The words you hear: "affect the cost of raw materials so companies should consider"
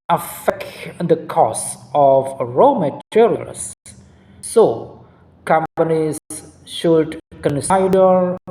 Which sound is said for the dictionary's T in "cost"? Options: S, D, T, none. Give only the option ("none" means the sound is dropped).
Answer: none